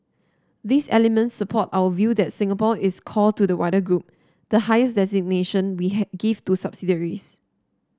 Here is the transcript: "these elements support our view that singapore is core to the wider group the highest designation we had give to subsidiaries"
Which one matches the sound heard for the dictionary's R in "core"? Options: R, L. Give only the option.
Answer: L